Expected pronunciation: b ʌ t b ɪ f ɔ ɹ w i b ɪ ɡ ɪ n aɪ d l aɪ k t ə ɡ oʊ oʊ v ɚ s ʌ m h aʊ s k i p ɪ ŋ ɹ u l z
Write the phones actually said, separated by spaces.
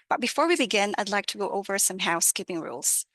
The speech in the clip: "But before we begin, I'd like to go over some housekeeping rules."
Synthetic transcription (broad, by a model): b ʌ t b ɪ f ɔ ɹ w i b ɪ ɡ ɪ n aɪ d l aɪ k t ə ɡ oʊ oʊ v ɚ s ʌ m h aʊ s k i p ɪ ŋ ɹ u l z